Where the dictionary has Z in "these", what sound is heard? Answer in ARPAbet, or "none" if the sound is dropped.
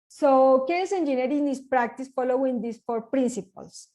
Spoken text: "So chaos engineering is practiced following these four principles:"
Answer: S